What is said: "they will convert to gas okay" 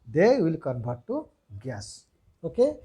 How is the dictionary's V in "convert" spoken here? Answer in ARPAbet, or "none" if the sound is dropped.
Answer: B